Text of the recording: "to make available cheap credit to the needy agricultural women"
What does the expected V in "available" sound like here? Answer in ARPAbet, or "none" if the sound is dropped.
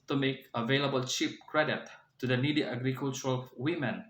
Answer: V